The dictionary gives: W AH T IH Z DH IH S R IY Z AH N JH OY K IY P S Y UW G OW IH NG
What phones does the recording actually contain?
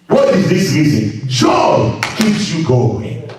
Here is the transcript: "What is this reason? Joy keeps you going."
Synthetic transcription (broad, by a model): W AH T IH Z DH IH S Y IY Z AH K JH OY K IY P S Y UW G OW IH NG